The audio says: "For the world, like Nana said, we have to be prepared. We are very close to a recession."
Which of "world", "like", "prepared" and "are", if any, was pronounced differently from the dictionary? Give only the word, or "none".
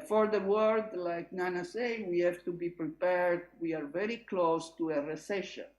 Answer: world